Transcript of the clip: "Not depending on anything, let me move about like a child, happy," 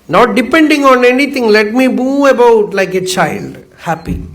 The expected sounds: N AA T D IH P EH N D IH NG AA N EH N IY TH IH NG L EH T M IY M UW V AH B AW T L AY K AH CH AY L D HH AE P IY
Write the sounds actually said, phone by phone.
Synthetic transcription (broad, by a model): N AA T D IH P EH N D IH NG AA N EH N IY T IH NG L EH T M IY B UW AH B AW T L AY K AH CH AY L D HH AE P IY